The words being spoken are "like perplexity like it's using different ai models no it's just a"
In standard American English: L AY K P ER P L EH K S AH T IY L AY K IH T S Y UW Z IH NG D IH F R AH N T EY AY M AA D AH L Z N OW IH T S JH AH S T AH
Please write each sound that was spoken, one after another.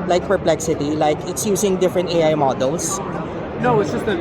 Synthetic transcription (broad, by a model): L AY K P ER P L EH K S AH T IY L AY K IH T S Y UW S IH NG D IH F R AH N T EY AY M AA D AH L S N OW IH T S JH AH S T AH